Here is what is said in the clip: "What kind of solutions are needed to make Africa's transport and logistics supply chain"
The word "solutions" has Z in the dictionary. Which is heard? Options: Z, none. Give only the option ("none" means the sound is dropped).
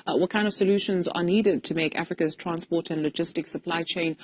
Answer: Z